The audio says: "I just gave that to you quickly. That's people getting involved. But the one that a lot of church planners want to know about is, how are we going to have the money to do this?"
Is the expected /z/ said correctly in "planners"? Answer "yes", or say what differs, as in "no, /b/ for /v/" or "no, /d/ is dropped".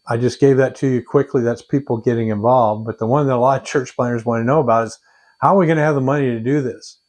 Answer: yes